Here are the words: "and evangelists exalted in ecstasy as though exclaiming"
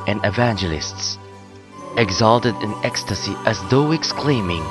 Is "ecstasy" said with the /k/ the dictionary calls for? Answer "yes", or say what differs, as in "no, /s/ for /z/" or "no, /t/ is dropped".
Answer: yes